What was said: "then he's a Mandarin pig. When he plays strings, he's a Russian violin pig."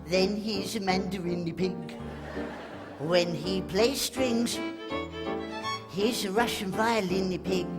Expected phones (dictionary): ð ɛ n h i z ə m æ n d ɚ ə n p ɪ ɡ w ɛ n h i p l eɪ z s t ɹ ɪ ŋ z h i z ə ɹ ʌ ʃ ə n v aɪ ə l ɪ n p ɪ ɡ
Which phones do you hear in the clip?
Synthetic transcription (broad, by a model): ð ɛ n h i z ə m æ n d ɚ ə n p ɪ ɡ w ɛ n h i p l eɪ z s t ɹ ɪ ŋ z h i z ə ɹ ʌ ʃ ə n f aɪ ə l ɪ n p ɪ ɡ